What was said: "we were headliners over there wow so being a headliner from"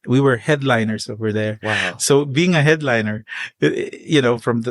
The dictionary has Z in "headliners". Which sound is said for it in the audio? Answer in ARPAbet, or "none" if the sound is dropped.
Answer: S